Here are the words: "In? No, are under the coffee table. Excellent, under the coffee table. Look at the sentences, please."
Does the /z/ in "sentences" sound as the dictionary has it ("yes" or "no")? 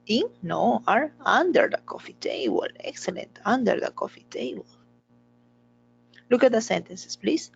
no